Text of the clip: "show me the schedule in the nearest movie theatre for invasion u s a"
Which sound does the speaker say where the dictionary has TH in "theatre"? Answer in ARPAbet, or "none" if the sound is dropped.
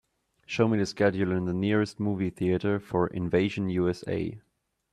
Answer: TH